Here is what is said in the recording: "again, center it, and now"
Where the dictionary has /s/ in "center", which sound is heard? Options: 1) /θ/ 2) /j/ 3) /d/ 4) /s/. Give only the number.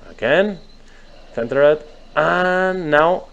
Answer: 1